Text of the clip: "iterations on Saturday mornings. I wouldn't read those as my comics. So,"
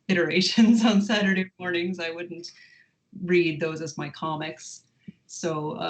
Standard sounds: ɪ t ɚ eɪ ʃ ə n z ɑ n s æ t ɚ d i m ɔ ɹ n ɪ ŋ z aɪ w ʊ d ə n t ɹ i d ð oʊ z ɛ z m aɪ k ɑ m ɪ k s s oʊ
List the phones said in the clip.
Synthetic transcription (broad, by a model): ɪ t ɚ eɪ ʃ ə n z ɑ n s æ t ɚ d i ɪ ɔ ɹ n ɪ ŋ z aɪ w ʊ d n t ɹ i d ð oʊ z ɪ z m aɪ k ɑ m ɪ k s s oʊ